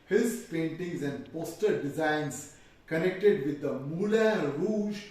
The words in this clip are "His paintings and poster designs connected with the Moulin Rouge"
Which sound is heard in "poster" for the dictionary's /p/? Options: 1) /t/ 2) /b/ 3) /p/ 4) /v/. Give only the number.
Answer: 3